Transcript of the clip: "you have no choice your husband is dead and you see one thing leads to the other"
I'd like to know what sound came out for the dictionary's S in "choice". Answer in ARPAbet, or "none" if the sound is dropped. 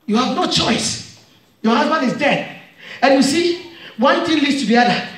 S